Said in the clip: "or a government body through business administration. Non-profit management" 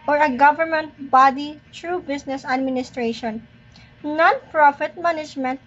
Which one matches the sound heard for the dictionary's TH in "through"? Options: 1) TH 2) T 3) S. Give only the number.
2